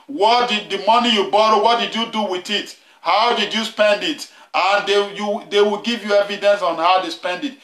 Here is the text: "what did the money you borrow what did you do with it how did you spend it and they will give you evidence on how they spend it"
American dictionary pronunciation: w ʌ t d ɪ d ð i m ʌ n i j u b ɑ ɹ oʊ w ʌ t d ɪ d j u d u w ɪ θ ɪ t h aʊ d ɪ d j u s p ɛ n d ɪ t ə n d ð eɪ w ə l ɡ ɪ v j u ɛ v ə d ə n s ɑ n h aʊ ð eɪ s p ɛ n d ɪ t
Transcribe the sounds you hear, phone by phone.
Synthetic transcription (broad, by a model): w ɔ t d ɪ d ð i m ʌ n i j u b ɑ ɹ oʊ w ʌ t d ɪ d j u d u w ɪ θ ɪ t h aʊ d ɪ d j u s p ɛ n d ɪ t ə n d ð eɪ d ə w ɡ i v j u ɛ v ə d ə n s ɑ n h aʊ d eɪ s p ɛ n d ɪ t